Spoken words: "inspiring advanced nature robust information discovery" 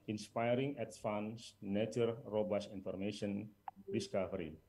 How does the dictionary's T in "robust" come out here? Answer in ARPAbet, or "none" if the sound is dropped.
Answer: none